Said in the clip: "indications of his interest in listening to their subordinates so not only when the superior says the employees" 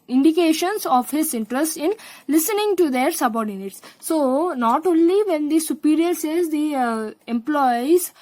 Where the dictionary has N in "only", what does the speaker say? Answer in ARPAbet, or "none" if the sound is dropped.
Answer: N